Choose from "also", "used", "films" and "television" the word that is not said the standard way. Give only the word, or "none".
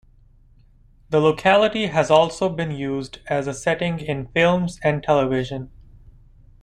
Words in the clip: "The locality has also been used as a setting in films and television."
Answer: none